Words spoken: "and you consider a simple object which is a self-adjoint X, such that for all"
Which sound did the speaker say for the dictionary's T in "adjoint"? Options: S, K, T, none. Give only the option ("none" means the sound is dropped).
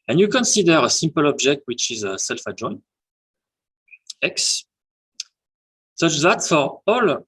none